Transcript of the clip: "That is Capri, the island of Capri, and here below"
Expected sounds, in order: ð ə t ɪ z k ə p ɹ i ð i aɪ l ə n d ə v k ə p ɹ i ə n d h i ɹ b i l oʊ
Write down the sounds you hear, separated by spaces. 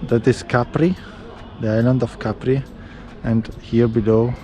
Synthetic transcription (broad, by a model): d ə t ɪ s k ə p ɹ i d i aɪ l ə n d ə f k ə p ɹ i ə n d h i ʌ b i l oʊ